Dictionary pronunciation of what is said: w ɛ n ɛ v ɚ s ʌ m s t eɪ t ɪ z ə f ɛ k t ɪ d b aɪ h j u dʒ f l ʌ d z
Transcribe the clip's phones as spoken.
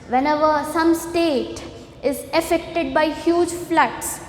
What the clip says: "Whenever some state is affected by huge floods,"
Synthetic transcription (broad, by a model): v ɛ n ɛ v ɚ s ʌ m s t eɪ t ɪ z ə f ɛ k t ɪ d b aɪ h j u dʒ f l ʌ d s